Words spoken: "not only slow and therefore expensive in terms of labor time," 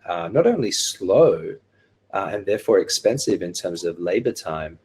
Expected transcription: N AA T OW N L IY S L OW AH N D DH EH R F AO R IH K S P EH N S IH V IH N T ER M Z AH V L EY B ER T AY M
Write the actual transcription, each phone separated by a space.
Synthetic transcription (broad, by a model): N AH T OW N L IY S L OW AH N DH EH R F AO R IH K S P EH N S IH V IH N T ER M Z AH V L EY B ER T AY M